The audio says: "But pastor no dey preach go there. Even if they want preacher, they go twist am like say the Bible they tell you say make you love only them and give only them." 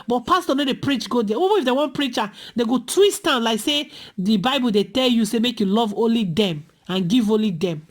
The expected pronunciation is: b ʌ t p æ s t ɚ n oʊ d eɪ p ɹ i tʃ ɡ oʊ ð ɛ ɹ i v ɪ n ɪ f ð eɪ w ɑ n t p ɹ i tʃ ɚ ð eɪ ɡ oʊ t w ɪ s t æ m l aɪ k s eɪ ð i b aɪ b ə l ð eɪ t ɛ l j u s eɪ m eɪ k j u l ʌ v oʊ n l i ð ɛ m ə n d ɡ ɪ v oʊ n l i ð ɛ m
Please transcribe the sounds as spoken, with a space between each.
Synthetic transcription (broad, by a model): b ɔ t p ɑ s t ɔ n oʊ d eɪ p ɹ i tʃ ɡ oʊ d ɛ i b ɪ ɪ f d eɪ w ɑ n p ɹ i tʃ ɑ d eɪ ɡ oʊ t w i s t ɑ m l aɪ k s eɪ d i b aɪ b ə l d eɪ t ɛ l j u s eɪ m eɪ k j u l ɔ v oʊ n l i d ɛ m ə n ɡ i v oʊ n l i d ɛ m